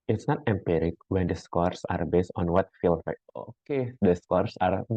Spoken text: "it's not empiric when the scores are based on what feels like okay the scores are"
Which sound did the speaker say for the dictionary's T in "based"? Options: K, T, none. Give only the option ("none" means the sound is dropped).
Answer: T